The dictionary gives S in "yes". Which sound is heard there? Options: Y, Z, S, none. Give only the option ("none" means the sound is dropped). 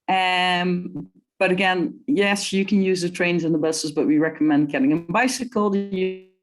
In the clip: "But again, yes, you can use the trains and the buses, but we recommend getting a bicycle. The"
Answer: S